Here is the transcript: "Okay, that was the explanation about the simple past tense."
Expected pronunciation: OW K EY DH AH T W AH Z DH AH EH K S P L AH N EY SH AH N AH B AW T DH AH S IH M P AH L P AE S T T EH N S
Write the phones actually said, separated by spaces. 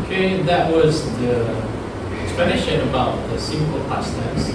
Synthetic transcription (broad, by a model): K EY DH AH T W AH Z DH AH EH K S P AH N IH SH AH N AH B AW T DH AH S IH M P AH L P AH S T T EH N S